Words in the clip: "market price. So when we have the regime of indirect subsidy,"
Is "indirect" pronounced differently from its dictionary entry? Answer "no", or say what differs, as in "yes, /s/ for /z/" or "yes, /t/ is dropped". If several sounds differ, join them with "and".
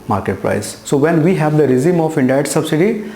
yes, /k/ is dropped